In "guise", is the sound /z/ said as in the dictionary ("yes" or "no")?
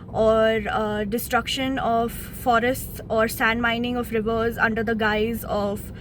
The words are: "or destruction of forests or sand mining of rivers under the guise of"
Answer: yes